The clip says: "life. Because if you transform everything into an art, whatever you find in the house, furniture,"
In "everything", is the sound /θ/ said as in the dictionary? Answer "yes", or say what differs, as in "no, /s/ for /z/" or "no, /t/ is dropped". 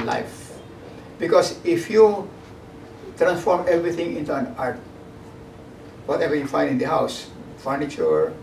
no, /t/ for /θ/